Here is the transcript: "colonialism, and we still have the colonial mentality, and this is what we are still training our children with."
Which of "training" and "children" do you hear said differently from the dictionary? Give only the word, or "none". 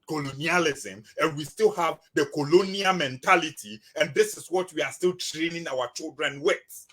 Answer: none